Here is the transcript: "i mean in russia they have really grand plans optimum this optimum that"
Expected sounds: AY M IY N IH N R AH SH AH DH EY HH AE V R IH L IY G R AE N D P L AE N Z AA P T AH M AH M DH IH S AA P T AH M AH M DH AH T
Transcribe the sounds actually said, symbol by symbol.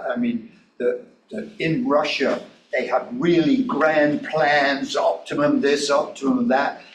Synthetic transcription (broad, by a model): AY M IY N IH N R AH SH AH DH EY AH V R IH L IY G R AE N P L AE N Z AA P T AH M AH M DH IH S AA P T AH M AH M DH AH T